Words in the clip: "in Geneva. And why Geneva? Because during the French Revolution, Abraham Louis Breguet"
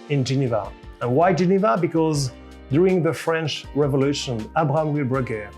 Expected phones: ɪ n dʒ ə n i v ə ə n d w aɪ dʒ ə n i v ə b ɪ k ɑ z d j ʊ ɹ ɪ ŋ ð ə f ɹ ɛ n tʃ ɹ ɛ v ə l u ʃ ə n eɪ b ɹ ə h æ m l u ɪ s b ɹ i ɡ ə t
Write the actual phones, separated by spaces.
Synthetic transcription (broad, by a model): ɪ n dʒ ə n i v ə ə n w aɪ dʒ ə n i v ə b ɪ k ɑ z d j ʊ ɹ ɪ ŋ ð ə f ɹ ɛ n tʃ ɹ ɛ v ə l u ʃ ə n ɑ b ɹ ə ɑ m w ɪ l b ɹ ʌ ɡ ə